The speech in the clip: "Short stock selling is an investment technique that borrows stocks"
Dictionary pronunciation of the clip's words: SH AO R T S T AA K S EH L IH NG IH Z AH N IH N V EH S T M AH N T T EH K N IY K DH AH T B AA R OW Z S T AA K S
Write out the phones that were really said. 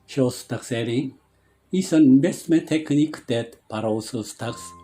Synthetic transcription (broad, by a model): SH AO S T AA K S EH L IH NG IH S AH N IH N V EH S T M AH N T T EH K N IY K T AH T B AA R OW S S T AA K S